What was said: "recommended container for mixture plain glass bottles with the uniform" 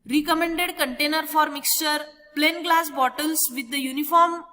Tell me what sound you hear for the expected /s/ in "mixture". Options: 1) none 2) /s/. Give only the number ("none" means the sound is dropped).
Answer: 2